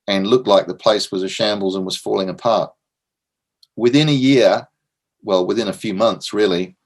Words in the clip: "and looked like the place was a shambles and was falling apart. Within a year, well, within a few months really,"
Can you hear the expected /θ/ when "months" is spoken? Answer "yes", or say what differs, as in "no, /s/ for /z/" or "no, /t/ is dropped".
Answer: yes